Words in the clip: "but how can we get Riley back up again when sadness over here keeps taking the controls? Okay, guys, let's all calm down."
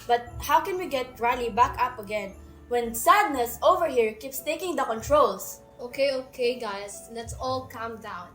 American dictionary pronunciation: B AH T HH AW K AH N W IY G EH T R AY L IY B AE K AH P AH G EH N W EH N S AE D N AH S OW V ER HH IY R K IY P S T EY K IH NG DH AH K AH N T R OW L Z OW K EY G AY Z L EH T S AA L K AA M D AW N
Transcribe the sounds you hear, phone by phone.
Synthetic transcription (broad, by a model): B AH T HH AW K AH N W IY G EH T R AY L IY B AE K AH P AH G EH N W EH N S AE D N AH S OW V ER HH IY R K IY P S T EY K IH NG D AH K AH N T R OW L S OW K EY G AY S L EH T S AA L K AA M D AW N